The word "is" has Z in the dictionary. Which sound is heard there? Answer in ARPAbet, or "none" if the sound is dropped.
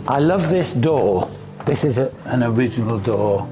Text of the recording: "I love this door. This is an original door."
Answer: Z